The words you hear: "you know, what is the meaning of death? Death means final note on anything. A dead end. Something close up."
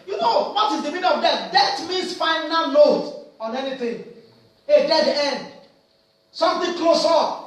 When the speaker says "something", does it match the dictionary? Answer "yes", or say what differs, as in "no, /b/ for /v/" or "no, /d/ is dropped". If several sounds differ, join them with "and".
no, /t/ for /θ/